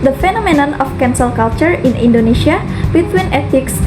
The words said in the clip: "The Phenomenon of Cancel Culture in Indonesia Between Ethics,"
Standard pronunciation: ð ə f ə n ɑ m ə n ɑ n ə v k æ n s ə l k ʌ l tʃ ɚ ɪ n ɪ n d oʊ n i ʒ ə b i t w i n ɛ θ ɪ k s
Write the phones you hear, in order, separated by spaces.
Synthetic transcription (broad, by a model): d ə f ə n ɑ m ə n ɑ n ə f k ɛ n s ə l k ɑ l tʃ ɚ ɪ n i n d oʊ n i ʃ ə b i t w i n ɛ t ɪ k s